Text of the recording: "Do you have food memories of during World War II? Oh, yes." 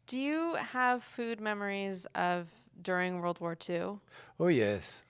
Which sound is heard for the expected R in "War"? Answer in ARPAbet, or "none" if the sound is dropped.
R